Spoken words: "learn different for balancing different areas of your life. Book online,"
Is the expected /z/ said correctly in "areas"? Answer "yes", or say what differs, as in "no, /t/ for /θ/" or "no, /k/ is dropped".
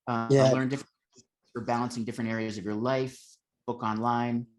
yes